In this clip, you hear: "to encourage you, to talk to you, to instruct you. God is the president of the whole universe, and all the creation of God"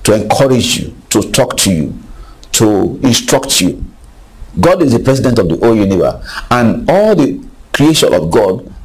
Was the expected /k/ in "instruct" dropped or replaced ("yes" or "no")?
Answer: no